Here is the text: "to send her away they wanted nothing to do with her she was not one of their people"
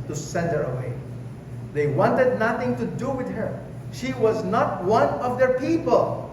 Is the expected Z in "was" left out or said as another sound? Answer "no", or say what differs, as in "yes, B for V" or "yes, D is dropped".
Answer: no